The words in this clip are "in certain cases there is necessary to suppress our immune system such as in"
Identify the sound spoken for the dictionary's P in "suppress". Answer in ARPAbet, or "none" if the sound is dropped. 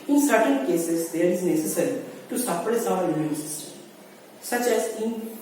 F